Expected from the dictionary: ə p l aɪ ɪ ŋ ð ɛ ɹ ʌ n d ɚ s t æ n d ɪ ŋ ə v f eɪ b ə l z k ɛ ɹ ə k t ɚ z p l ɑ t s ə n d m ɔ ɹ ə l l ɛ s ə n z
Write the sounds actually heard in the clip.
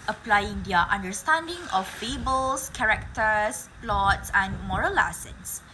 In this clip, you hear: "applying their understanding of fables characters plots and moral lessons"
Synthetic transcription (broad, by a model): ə p l aɪ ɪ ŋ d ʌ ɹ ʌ n d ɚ s t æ n d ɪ ŋ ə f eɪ b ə l s k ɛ ɹ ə k t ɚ s p l ɑ t s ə n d m ɔ ɹ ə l l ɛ s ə n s